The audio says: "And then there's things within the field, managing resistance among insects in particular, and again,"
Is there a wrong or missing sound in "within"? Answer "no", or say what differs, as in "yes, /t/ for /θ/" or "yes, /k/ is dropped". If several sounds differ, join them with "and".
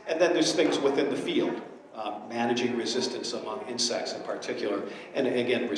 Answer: no